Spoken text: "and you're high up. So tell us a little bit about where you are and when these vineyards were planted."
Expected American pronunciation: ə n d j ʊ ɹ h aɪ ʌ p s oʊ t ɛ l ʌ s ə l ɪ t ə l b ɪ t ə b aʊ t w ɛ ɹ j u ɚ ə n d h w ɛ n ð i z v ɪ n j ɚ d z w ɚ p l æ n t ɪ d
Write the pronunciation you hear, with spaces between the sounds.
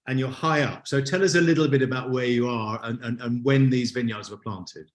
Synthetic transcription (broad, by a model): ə n j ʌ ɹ h aɪ ʌ p s oʊ t ɛ l ʌ s ə l ɪ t l b ɪ t ə b aʊ t w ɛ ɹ j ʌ ɚ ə n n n w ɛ n ð i z v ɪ n j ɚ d z w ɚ p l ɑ n t ɪ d